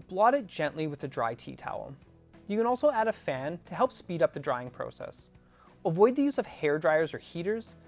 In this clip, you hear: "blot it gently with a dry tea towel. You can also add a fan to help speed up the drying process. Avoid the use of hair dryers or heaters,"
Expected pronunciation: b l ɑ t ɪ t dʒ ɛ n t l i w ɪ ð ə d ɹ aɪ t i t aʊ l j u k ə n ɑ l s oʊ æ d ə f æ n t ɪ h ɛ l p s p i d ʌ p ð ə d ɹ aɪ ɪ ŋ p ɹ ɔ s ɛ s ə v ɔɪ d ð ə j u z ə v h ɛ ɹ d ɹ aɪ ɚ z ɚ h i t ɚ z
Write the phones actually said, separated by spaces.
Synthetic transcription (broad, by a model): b l ɑ t ɪ t dʒ ɛ n t l i w ɪ ð ə d ɹ aɪ t i t aʊ l j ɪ k ə n ɑ l s oʊ æ d ə f æ n t ɪ h ɛ l p s p i d ʌ p ð ə d ɹ aɪ ɪ ŋ p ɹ ɔ s ɛ s ə v ɔɪ d ð ə j u z ə v h ɛ ɹ d ɹ aɪ ɚ z ɚ h i t ɚ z